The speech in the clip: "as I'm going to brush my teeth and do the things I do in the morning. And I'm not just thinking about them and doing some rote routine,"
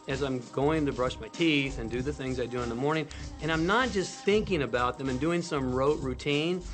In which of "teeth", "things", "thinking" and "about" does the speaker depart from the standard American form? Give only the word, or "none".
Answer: none